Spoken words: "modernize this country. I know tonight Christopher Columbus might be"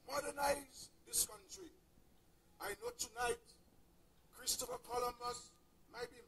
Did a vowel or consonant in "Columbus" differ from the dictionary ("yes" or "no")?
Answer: yes